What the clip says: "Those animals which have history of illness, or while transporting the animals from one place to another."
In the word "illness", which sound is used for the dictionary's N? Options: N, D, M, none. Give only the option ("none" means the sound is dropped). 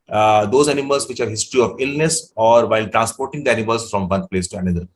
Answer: N